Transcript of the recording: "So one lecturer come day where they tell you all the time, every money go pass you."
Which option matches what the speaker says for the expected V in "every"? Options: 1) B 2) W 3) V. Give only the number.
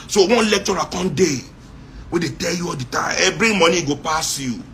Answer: 1